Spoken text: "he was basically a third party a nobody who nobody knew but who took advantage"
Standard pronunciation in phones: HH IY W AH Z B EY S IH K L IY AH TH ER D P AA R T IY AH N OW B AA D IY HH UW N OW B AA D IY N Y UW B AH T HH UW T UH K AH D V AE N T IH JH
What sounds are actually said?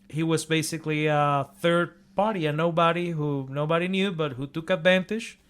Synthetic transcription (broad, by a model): HH IY W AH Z B EY S IH K L IY AH TH ER D P AA R T IY AH N OW B AA D IY HH UW N OW B AA D IY N Y UW B AH T HH UW T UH K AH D V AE N T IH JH